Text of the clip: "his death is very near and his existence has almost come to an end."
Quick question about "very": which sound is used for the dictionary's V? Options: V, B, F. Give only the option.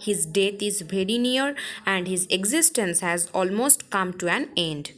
B